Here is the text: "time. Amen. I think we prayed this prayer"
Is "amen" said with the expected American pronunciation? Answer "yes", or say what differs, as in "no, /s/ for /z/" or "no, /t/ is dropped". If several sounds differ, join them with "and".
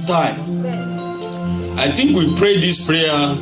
no, /m/ is dropped